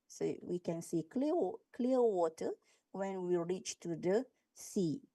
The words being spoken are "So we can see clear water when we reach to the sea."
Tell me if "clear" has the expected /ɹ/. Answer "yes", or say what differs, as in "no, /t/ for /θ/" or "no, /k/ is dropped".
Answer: no, /l/ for /ɹ/